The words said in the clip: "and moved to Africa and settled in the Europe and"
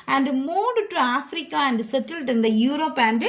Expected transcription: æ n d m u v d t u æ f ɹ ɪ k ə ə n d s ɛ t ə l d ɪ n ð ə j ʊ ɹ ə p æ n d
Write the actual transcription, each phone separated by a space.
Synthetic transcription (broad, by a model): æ n d m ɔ d t u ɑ f ɹ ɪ k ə ə n d s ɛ t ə l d ɪ n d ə j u ɹ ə p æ n d